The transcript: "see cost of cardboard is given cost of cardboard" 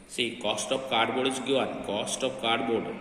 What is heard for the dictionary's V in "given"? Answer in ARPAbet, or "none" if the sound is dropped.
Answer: none